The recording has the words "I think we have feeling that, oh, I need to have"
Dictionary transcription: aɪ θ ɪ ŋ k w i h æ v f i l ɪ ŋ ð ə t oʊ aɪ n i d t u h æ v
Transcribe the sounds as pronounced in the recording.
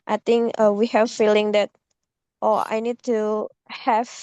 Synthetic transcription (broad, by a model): aɪ t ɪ ŋ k w i h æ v f i l ɪ ŋ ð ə t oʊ aɪ n i d t u h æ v